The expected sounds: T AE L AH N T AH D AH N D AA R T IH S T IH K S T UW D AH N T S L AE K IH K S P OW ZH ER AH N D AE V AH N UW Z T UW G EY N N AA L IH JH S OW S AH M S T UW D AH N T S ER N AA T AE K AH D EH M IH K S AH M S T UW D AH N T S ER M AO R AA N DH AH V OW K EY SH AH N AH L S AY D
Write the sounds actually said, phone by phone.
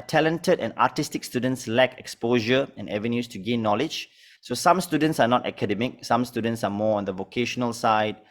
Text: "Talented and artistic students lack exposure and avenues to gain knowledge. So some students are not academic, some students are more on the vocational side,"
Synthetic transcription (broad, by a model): T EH L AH N T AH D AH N AA T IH S T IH K S T UW D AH N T S L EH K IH K S P OW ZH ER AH N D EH V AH N UW S T UW G EY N N AA L IH JH S OW S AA M S T UW D AH N T S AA N AA T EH K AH D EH M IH K S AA M S T UW D AH N T S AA M AO AA N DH AH V OW K EY SH AH N AH L S AY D